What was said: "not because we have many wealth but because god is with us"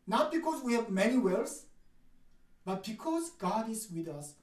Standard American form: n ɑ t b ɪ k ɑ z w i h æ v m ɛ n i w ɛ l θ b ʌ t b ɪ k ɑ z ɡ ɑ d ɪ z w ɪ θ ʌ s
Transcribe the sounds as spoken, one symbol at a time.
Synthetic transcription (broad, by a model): n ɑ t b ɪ k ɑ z w i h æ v m ɛ n i w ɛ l s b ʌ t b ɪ k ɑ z ɡ ɑ d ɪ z w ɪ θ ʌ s